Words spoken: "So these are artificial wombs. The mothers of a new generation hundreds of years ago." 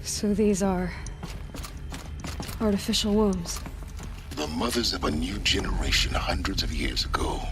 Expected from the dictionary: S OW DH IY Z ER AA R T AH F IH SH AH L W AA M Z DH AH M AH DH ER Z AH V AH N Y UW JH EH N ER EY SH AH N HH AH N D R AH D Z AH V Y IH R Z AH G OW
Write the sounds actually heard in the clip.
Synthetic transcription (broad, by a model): S OW DH IY Z ER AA R T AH F IH SH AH L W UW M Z DH AH M AH DH ER Z AH V AH N Y UW JH EH N ER EY SH AH N HH AH N D R AH D Z AH V Y IH R Z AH G OW